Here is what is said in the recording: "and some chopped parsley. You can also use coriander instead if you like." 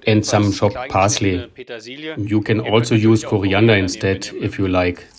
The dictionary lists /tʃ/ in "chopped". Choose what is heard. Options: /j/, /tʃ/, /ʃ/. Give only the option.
/ʃ/